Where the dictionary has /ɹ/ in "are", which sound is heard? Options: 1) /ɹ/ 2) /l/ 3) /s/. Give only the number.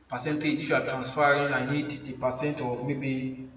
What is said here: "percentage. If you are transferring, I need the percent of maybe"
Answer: 2